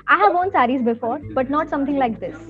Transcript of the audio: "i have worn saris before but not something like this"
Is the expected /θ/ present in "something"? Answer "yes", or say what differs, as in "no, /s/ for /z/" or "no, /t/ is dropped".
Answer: no, /t/ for /θ/